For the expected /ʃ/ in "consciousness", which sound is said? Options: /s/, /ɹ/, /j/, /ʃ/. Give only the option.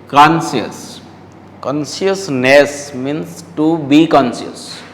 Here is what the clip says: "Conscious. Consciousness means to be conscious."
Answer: /s/